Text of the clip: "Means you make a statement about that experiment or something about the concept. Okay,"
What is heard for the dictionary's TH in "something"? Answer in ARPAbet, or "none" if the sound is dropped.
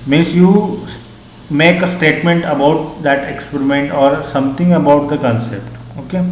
T